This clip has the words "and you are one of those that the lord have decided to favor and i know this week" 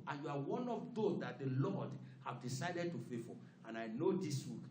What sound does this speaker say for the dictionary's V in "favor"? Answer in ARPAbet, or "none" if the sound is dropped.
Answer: F